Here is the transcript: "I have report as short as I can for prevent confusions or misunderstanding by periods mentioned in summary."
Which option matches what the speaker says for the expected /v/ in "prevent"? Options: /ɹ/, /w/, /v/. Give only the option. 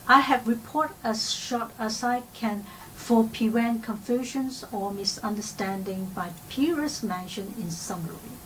/w/